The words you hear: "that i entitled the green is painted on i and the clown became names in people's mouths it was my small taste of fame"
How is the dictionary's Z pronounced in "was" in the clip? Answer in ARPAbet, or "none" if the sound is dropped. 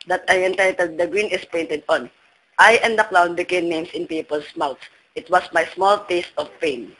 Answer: S